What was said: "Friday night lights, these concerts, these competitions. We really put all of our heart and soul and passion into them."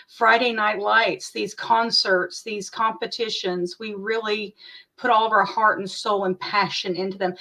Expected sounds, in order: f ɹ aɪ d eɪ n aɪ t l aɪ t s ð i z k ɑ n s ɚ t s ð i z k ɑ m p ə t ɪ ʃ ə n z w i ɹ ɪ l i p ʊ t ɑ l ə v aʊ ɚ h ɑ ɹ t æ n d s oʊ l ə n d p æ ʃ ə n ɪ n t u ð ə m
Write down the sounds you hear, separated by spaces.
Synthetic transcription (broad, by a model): f ɹ aɪ d eɪ n aɪ t l aɪ t s ð i z k ɑ n s ɚ t s ð i z k ɑ m p ə t ɪ ʃ ə n z w i ɹ ɪ l i p ʊ t ɑ l ə v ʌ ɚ h ɑ ɹ t n s oʊ l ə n p æ ʃ ə n ɪ n t u ð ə m